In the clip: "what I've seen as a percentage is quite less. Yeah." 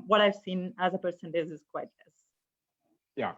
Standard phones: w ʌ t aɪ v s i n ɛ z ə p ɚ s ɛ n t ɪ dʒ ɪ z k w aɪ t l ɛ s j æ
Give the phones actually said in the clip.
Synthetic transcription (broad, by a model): w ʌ t aɪ v s i n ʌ z ə p ɚ s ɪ n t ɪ z ɪ z k w aɪ t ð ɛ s j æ